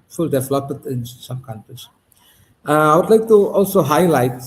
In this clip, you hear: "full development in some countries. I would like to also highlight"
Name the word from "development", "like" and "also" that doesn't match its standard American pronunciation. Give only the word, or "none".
development